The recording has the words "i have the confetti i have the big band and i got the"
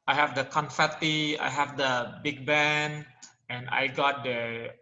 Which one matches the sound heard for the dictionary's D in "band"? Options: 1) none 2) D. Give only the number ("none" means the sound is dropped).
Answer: 1